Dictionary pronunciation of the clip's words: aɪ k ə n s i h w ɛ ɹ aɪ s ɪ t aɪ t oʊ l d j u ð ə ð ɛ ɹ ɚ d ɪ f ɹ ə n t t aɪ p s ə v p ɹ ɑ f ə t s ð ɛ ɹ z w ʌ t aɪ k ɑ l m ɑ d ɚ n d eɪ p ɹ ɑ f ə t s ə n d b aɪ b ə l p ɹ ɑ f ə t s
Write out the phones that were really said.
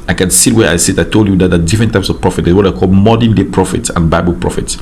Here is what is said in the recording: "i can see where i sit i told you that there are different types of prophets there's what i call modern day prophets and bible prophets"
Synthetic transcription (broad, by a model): aɪ k ə n s i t w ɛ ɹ aɪ s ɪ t aɪ t oʊ l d j u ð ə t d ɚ d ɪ f ɹ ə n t t aɪ p s ə v p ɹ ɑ f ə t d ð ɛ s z w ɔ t aɪ k ɑ l m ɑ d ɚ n d eɪ p ɹ ɑ f ə t s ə n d b aɪ b ə l p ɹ ɑ f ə t s